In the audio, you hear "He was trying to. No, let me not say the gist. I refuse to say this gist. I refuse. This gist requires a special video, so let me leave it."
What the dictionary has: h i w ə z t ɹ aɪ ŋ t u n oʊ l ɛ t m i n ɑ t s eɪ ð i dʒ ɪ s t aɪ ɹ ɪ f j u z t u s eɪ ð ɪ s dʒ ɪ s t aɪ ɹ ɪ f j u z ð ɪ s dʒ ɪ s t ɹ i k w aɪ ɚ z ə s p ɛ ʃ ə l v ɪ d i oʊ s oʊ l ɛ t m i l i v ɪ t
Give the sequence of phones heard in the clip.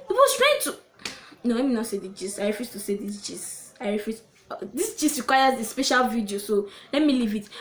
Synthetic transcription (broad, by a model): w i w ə s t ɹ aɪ t u n oʊ l ɛ t m i n ɑ t s eɪ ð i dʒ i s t aɪ ɹ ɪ f j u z t u s eɪ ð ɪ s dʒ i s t aɪ ɹ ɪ f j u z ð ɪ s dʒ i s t ɹ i k w aɪ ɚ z ə s p ɛ ʃ ə l v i d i oʊ s oʊ l ɛ t m i l i v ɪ t